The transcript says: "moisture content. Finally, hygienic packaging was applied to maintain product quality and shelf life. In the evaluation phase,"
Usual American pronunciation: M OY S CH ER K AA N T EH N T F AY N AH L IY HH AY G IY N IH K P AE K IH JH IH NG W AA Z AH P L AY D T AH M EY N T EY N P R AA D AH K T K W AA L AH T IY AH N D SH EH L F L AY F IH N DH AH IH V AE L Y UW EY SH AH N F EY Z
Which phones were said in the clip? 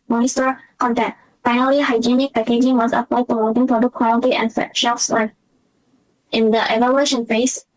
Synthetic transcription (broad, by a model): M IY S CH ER K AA N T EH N F AY N AH L IY HH AY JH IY N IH K P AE K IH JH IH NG W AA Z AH P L AY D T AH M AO T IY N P R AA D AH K K W AA L AH T IY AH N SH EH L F W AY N IH N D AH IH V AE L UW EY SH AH N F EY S